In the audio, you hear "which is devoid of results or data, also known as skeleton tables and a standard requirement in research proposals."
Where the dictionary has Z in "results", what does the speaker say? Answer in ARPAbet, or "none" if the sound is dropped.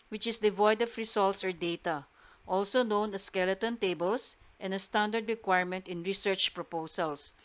S